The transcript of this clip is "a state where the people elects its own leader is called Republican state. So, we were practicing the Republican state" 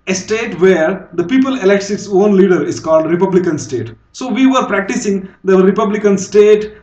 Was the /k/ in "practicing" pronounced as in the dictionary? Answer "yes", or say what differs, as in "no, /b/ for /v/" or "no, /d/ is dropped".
yes